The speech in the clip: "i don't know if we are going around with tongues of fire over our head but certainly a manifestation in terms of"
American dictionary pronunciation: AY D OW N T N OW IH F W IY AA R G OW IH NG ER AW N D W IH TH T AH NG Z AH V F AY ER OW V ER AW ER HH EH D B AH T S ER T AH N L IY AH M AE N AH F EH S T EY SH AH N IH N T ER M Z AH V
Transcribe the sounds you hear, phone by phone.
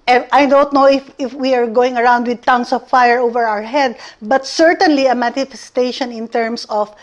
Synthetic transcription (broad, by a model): AY D OW N T N OW IH F W IY AA R G OW IH NG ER AW N D W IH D T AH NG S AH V F AY ER OW V ER AW ER HH EH D B AH T S ER T AH N L IY AH M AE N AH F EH S T EY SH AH N IH N T ER M S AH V